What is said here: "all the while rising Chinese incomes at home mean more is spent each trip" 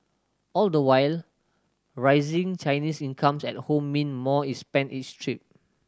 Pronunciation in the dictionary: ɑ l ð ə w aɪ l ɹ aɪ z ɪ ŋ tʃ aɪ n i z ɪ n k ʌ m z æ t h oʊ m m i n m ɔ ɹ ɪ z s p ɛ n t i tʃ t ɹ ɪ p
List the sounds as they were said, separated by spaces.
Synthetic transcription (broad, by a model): ɑ l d ə w aɪ l ɹ aɪ z ɪ ŋ tʃ aɪ n i s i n k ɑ m s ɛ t h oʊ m m i n m ɔ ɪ s p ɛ n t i s t ɹ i p